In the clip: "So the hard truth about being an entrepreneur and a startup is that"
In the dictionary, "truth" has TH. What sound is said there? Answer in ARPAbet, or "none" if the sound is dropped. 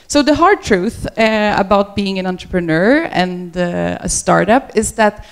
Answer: TH